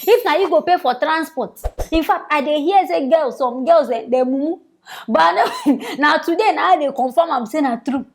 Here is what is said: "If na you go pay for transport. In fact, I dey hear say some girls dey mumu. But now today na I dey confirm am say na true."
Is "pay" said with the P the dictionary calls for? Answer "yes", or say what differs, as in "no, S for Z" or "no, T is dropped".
yes